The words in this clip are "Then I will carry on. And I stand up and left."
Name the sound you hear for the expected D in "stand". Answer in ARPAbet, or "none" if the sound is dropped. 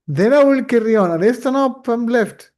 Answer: none